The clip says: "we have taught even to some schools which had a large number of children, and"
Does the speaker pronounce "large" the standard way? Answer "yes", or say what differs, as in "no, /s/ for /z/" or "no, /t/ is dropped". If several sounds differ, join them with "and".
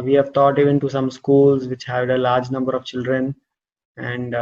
yes